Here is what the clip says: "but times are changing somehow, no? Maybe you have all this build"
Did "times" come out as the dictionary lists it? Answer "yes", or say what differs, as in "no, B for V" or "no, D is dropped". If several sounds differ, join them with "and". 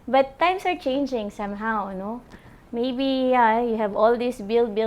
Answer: no, S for Z